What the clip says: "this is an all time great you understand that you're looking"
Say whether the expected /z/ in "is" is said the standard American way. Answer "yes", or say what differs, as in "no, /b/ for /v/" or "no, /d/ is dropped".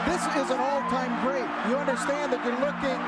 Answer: yes